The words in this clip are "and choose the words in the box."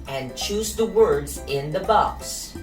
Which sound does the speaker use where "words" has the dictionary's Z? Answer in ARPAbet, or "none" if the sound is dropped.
Z